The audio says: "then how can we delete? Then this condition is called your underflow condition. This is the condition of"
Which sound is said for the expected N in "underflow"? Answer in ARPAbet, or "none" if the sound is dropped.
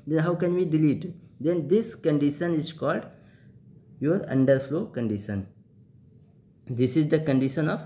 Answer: N